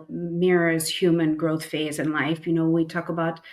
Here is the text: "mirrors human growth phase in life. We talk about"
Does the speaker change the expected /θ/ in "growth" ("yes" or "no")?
no